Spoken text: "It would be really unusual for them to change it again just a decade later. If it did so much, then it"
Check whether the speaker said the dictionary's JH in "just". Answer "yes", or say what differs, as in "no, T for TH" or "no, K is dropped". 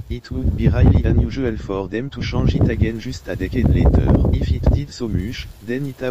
no, ZH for JH